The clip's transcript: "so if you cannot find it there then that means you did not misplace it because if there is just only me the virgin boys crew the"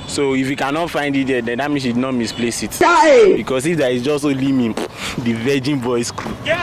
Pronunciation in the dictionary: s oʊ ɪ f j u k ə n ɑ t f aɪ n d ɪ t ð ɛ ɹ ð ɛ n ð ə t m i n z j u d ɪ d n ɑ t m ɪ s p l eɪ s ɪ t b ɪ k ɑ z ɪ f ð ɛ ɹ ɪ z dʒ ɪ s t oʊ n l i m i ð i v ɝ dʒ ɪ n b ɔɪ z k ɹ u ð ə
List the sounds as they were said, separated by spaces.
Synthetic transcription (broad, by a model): s oʊ ɪ f j u k ə n ɑ t f aɪ n d ɪ t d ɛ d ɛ n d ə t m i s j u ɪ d n ɑ t m ɪ s p l eɪ s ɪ t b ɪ k ɑ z ɪ f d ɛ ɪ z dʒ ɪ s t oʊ l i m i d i v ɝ dʒ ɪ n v ɔɪ s k ɹ u